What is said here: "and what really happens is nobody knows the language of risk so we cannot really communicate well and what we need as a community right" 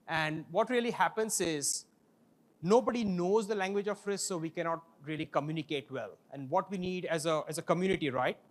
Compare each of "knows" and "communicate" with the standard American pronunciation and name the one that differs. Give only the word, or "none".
none